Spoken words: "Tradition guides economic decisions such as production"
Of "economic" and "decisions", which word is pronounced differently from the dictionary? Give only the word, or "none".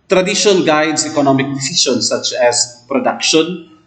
decisions